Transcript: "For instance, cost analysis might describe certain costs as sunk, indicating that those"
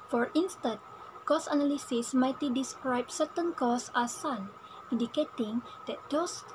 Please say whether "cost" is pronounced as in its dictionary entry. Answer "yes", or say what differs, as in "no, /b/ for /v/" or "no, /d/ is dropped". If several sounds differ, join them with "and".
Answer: no, /t/ is dropped